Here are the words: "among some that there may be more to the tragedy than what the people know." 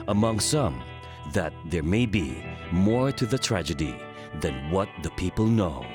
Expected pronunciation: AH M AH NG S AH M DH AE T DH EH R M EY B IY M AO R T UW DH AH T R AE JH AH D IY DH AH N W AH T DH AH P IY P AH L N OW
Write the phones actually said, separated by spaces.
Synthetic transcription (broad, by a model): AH M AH NG S AH M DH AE T DH EH R M EY B IY M AO R T UW DH AH T R AE JH AH D IY DH AH N W AH T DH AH P IY P AH L N OW